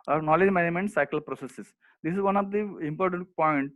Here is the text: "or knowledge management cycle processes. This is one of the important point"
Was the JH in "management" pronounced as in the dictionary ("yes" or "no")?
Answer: no